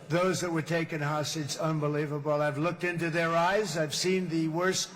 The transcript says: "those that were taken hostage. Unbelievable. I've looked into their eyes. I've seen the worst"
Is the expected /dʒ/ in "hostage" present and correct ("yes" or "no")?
no